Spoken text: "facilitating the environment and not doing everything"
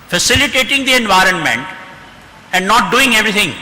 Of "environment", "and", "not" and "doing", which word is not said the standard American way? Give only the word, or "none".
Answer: none